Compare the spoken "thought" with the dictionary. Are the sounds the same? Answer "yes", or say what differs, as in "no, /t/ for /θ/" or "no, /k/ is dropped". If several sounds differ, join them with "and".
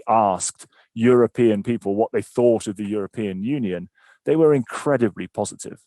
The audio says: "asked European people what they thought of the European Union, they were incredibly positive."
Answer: yes